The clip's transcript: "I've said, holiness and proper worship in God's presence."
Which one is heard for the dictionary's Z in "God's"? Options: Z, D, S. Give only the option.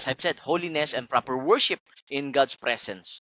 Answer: S